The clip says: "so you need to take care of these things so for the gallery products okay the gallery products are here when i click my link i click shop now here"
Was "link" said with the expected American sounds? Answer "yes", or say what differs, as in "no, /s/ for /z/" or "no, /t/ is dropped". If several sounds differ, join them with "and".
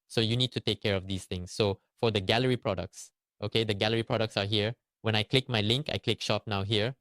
yes